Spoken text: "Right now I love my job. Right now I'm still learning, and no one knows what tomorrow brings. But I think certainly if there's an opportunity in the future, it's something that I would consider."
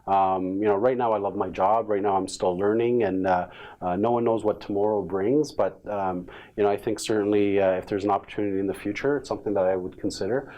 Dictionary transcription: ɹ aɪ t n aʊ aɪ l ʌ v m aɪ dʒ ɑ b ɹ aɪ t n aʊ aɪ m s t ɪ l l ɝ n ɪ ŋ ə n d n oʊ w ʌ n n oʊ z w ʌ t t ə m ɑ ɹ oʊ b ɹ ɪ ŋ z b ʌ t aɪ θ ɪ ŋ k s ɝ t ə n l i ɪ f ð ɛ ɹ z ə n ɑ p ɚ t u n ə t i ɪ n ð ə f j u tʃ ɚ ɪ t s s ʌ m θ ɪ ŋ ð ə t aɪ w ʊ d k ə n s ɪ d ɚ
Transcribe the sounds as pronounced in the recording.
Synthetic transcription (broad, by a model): ɹ aɪ t n aʊ aɪ l ʌ v m aɪ dʒ ɑ b ɹ aɪ t n aʊ aɪ m s t ɪ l l ɝ n ɪ ŋ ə n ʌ n oʊ w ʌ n n oʊ z w ʌ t t ə m ɑ ɹ oʊ b ɹ ɪ ŋ z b ʌ t aɪ θ ɪ ŋ k s ɝ t n l i ɪ f ð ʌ ɹ z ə n ɑ p ɚ t u n ə t i ɪ n ð ə f j u tʃ ɚ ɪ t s s ʌ m θ ɪ ŋ ð ə t aɪ w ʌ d k n s ɪ d ɚ